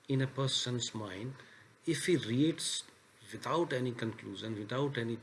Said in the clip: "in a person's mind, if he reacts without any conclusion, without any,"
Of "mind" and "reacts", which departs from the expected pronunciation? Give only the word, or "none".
reacts